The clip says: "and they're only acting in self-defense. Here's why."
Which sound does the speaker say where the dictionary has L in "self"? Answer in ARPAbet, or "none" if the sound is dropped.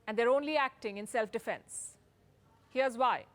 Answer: L